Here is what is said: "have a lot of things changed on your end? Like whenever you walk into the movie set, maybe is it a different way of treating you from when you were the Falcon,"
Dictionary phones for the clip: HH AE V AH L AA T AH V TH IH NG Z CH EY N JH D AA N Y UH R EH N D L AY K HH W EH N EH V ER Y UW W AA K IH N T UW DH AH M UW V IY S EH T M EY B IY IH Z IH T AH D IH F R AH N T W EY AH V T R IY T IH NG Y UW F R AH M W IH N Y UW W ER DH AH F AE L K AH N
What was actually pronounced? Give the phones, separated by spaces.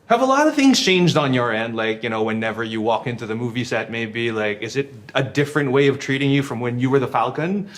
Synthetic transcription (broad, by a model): HH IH V AH L AA T AH V TH IH NG Z CH EY N JH D N Y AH R EH N D L AY K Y W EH N EH V ER Y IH W AA K IH N T UW DH AH M UW V IY S EH T M EY B IY IH Z IH T AH D IH F R AH N T W EY AH V T R IY T IH NG Y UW F R AH M W IH N Y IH W ER DH AH F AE L K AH N